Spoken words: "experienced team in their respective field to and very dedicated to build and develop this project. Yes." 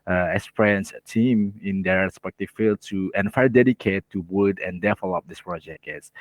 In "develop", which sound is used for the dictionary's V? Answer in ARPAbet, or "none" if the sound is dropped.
F